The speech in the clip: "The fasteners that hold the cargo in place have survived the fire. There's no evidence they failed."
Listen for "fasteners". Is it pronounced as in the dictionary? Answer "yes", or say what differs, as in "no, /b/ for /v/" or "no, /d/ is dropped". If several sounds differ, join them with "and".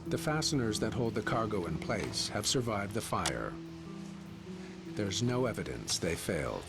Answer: yes